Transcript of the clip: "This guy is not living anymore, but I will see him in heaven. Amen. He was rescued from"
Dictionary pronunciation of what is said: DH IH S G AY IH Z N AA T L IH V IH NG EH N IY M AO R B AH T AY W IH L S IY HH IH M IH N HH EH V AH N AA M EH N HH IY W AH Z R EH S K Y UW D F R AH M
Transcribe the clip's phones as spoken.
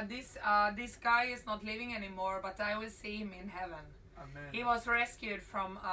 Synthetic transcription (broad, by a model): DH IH S G AY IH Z N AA T L IH V IH NG EH N IY M AO R B AH T AY W IH L S IY HH IH M IH N HH EH V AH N N HH IY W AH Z R EH S K Y UW D F R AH M